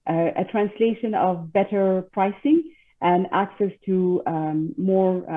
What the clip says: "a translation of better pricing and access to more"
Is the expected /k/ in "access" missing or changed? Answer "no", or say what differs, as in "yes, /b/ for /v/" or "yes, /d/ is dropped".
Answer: no